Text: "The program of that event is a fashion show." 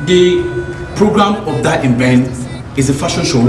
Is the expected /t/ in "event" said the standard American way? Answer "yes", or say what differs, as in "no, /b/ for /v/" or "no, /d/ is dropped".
no, /t/ is dropped